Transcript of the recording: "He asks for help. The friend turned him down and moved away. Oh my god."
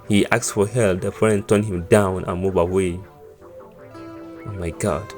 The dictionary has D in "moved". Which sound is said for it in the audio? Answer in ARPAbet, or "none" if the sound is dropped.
none